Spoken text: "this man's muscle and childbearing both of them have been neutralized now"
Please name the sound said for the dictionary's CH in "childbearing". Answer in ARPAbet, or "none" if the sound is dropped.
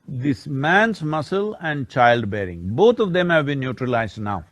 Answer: CH